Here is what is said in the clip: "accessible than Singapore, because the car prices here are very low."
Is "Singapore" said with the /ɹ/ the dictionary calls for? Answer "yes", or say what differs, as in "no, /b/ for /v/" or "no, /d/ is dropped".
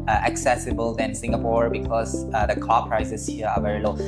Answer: yes